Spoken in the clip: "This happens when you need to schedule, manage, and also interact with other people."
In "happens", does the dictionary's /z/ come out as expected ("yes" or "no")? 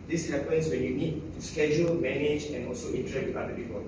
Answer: no